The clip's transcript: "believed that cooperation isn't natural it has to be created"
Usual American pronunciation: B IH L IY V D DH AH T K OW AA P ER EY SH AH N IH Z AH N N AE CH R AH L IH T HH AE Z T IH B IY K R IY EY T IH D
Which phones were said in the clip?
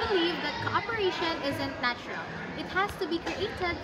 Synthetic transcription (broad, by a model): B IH L IY V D DH AH T K OW AA P ER EY SH AH N IH Z AH N N AE CH R AH L IH T HH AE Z T IH B IY K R IY EY T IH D